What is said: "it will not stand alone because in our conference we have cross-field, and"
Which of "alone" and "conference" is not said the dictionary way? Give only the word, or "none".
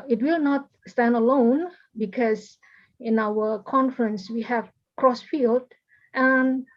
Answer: none